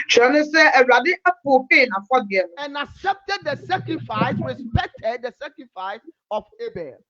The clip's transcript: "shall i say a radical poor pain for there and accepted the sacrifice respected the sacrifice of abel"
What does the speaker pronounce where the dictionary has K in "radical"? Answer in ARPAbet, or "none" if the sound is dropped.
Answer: none